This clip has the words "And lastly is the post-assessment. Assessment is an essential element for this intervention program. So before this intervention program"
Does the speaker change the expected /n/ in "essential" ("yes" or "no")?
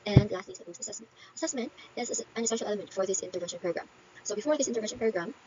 yes